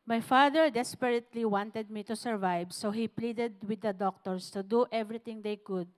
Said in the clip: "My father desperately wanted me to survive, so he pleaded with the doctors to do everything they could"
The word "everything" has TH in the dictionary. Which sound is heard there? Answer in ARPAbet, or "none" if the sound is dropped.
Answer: T